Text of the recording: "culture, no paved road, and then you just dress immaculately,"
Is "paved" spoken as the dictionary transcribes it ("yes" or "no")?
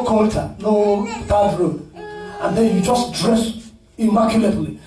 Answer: no